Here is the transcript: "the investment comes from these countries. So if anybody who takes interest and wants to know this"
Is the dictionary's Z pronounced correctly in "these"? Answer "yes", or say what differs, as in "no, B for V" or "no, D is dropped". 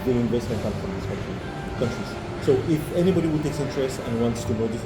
no, Z is dropped